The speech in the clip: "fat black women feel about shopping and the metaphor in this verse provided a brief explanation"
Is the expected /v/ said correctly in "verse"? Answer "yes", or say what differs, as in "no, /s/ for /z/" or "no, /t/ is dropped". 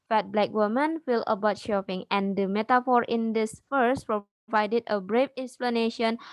no, /f/ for /v/